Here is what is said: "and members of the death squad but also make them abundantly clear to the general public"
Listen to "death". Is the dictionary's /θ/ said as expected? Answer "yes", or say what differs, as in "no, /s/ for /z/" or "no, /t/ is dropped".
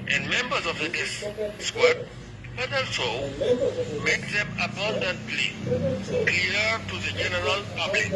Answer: no, /s/ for /θ/